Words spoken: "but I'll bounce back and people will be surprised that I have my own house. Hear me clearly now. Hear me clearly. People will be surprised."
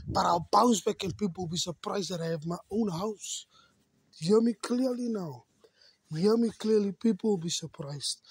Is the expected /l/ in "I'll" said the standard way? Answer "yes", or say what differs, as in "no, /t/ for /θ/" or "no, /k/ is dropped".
no, /w/ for /l/